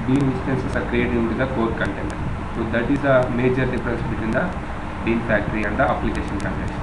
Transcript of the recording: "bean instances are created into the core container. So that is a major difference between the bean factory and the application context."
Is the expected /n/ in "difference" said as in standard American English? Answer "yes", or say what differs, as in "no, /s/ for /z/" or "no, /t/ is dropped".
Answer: no, /n/ is dropped